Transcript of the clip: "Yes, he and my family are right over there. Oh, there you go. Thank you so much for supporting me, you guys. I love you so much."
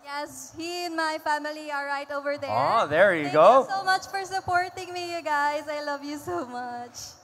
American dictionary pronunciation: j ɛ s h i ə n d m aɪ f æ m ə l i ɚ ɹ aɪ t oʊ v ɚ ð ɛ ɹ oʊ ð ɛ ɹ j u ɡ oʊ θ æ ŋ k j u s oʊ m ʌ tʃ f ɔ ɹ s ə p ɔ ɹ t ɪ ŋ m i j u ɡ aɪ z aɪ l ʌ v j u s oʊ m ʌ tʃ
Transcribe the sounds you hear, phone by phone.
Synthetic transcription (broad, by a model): j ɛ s h i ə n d m aɪ f æ m ə l i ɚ ɹ aɪ t oʊ v ɚ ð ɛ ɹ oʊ ð ɛ ɹ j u ɡ oʊ s oʊ m ʌ tʃ f ɔ ɹ s ə p ɔ ɹ t ɪ ŋ m i j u ɡ aɪ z aɪ l ʌ v j u s oʊ m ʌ tʃ